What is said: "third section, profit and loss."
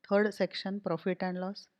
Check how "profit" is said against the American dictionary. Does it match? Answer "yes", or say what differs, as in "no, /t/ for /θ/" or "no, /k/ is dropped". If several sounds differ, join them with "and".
yes